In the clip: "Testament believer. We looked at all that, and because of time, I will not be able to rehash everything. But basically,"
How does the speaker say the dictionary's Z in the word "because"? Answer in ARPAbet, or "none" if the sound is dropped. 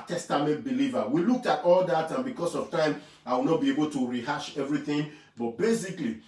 S